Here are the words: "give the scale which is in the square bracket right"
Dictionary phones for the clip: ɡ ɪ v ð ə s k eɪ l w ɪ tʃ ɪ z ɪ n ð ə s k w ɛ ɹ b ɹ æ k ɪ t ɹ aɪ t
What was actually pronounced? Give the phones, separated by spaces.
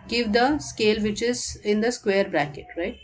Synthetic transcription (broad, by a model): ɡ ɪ v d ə s k eɪ l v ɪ tʃ ɪ z ɪ n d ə s k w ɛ ɹ b ɹ æ k ɪ t ɹ aɪ t